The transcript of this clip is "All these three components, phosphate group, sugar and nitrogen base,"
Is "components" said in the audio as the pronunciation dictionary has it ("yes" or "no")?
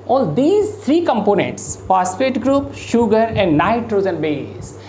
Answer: yes